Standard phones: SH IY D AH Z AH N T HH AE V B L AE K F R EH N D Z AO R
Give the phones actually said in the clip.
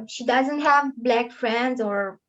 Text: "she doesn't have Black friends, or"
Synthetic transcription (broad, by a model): SH IY D AH Z AH N T HH AE V B L AE K F R EH N D Z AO R